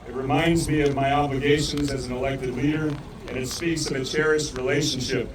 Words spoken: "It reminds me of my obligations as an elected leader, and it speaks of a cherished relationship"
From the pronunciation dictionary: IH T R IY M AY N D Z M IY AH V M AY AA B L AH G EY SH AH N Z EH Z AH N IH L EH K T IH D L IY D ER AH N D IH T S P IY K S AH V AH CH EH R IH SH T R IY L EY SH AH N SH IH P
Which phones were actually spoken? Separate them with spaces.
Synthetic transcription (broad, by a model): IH T R IY M AY N D Z M IY AH V M AY AA B L AH G EY SH AH N Z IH Z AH N IH L EH K T IH D L IY D ER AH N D IH T S P IY K S AH V AH CH EH R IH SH T R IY L EY SH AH N SH IH P